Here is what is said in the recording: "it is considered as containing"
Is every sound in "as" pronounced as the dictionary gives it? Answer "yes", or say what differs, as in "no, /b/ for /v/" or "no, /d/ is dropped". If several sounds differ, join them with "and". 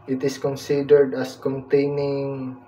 no, /s/ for /z/